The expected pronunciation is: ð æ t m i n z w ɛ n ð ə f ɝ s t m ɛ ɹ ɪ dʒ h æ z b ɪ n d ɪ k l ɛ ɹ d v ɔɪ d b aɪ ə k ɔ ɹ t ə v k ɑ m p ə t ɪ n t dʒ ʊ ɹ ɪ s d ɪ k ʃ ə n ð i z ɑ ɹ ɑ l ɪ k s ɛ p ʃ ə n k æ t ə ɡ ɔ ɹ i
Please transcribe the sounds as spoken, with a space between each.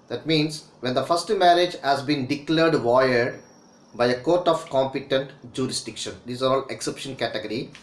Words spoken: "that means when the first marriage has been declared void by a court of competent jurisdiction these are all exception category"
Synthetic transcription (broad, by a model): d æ t m i n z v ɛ n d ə f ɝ s t m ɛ ɹ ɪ dʒ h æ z b ɪ n d ɪ k l ɛ ɹ d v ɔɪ d b aɪ ə k ɔ ɹ t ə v k ɑ m p ə t ɪ n t dʒ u ɹ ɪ s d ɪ k ʃ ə n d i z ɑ ɹ ɑ l ɪ k s ɛ p ʃ ə n k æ t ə ɡ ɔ ɹ i